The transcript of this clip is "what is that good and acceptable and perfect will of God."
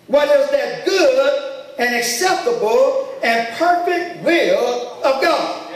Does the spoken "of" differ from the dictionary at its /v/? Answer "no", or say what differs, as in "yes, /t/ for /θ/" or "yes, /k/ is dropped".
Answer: no